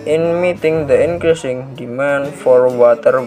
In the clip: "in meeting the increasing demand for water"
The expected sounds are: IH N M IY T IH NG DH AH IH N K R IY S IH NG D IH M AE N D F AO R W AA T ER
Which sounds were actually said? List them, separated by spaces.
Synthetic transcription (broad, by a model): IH N M IY T IH NG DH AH IH N K R IY S IH NG D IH M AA N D F AO R W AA T ER